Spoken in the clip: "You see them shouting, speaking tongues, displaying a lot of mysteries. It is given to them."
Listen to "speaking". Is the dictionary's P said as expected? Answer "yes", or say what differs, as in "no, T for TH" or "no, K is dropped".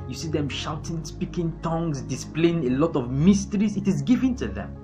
yes